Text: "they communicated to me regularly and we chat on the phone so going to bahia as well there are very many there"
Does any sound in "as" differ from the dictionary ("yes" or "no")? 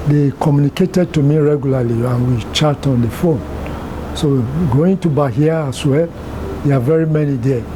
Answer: yes